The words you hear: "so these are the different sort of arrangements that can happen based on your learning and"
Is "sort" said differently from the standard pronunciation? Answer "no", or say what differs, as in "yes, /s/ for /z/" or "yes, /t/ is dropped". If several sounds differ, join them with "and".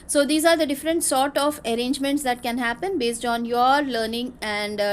no